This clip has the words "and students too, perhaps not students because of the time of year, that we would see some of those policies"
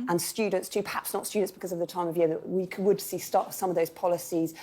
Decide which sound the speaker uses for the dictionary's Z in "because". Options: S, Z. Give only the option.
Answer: Z